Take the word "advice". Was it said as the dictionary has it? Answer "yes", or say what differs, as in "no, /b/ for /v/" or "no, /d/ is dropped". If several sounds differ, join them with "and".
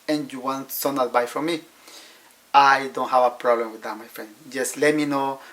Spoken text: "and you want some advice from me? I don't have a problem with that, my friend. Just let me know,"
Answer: no, /s/ is dropped